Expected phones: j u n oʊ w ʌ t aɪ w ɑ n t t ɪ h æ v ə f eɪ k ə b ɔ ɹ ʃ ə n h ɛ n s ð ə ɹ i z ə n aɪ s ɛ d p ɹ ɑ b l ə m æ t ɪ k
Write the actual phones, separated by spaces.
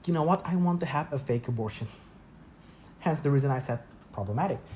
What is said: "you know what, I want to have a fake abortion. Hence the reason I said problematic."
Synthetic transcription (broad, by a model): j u n oʊ w ʌ t aɪ w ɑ n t t ɪ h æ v ə f eɪ k ə b ɔ ɹ ʃ ə n h ɛ n s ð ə ɹ i z ə n aɪ s ɛ d p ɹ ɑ b l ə m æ t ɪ k